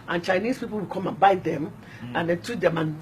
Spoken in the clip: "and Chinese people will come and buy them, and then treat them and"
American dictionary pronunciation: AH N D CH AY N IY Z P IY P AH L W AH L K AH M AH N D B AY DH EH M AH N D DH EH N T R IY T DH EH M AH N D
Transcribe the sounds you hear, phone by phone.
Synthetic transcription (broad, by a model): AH N CH AY N IY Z P IY P AH L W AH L K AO M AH N B AY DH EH M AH N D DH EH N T UW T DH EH M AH N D